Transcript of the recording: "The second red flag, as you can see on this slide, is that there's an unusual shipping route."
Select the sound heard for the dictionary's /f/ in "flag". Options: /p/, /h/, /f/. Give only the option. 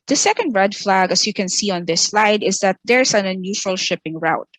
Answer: /f/